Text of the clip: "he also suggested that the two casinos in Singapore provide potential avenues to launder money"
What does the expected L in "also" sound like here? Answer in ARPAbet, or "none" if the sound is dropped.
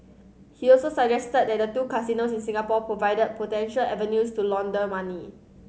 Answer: L